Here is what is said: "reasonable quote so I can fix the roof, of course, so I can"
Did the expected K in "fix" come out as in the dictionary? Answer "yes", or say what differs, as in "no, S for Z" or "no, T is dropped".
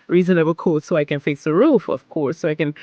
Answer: no, K is dropped